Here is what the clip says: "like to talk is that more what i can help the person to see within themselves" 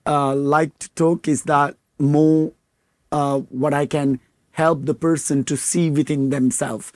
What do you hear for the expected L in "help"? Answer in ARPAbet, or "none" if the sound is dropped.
L